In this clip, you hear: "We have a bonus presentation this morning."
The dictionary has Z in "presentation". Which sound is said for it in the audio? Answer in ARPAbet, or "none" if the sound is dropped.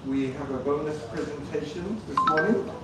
Z